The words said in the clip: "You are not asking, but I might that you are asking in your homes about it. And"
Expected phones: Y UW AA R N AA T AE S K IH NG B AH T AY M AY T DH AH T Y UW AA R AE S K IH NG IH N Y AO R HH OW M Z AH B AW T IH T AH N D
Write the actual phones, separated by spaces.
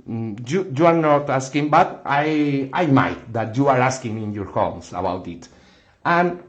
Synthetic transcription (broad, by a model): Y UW AA R N AA T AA S K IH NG B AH T AY M AY T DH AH T Y UW AA R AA S K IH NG IH N Y AO R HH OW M S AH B AW T IH T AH N